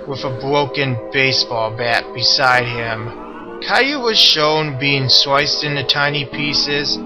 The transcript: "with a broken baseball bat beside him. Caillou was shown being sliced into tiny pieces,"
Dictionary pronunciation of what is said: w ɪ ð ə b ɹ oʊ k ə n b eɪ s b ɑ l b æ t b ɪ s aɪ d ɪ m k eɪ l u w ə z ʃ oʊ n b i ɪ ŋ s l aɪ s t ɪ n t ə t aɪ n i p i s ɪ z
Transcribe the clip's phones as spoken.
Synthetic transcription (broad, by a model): w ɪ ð ə b ɹ oʊ k ə n b eɪ s b ɑ l b æ t b ɪ s aɪ d ɪ m k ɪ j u w ə z ʃ oʊ n b i ɪ ŋ s w aɪ s t ɪ n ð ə t aɪ n i p i s ɪ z